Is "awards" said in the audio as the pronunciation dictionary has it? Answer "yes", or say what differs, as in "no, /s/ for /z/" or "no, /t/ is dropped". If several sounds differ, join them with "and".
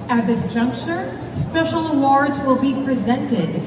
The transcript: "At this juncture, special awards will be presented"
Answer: yes